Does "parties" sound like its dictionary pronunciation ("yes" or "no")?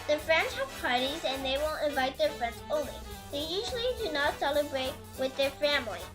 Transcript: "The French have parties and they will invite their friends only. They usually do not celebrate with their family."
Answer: yes